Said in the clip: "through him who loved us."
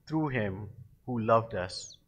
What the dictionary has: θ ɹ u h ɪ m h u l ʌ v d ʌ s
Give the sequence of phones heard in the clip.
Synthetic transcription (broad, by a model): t ɹ u h ɪ m h u l ʌ v d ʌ s